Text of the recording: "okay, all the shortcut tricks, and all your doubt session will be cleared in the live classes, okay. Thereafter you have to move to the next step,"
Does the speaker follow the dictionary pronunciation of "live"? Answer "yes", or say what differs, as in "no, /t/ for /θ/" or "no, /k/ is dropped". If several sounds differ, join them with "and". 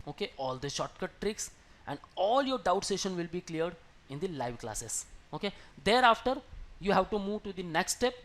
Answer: yes